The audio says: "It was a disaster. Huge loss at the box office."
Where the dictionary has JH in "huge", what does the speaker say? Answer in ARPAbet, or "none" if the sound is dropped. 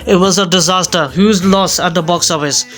Z